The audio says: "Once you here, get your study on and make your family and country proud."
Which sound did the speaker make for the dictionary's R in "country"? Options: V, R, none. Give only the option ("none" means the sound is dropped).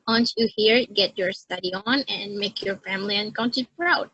none